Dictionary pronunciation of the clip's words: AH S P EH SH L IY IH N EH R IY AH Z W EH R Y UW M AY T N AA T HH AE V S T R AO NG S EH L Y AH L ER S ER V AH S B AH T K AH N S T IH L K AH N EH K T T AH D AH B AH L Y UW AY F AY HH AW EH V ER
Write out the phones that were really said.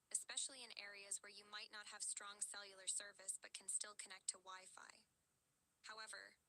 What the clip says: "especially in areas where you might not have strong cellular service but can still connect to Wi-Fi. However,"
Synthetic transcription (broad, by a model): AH S P EH SH L IY IH N EH R IY AH Z W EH R Y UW M AY T N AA T HH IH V S T R AO NG S EH L Y L ER S ER V AH S B AH T K N S T IH L K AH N EH K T T AH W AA AH F AY HH AW EH V ER